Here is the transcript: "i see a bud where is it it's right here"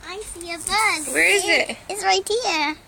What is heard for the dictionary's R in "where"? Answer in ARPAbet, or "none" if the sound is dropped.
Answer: R